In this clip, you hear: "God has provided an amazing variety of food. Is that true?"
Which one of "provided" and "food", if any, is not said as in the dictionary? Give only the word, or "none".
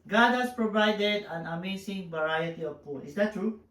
food